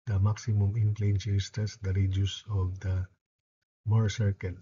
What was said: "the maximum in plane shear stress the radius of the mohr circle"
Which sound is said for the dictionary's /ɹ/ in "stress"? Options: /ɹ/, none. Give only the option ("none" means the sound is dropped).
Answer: none